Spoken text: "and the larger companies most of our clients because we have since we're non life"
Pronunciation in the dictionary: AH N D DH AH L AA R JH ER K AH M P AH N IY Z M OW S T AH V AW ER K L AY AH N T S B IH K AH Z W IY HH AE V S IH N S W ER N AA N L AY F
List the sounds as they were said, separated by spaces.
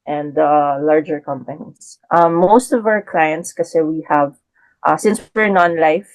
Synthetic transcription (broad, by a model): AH N D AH L AA R JH ER K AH M P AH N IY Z M OW S T AH V AW ER K L AY AH N T S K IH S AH W IY HH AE V S IH N S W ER N AA N L AY F